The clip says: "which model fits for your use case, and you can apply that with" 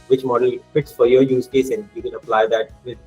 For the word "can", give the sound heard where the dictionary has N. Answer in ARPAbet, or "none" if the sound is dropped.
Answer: L